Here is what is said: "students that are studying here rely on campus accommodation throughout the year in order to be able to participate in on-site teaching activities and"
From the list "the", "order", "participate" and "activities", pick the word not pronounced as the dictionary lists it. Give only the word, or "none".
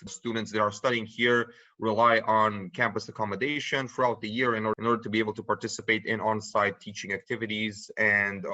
none